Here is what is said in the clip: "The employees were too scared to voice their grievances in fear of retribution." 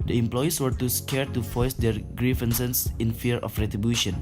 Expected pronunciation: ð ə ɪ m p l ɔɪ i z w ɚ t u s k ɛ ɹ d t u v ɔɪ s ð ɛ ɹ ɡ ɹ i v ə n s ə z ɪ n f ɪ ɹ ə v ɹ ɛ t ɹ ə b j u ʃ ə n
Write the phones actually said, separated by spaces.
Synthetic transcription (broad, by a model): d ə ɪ m p l ɔɪ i s w ɚ t u s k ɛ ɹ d t u f ɔɪ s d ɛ ɹ ɡ ɹ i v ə n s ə s ɪ n f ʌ ɹ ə f ɹ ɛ t ɹ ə b j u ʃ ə n